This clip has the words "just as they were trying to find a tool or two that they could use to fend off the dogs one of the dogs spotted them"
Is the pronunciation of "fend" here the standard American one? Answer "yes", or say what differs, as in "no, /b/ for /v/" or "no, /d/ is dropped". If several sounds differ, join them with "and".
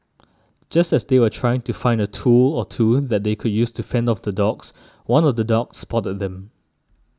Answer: yes